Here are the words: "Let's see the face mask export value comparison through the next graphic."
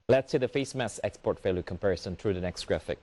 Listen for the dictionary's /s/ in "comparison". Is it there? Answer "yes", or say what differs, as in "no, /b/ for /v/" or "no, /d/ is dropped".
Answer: yes